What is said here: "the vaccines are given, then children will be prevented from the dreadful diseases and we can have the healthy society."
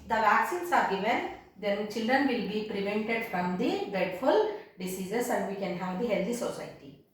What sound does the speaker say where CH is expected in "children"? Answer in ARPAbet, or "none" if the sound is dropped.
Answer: CH